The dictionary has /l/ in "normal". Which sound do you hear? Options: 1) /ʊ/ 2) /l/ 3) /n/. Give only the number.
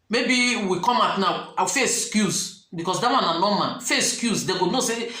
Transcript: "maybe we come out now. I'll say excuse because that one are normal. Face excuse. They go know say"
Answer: 3